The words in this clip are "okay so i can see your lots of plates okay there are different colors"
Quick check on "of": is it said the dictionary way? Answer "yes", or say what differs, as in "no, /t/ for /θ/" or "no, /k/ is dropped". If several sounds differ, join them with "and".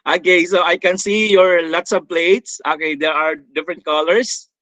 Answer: no, /b/ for /v/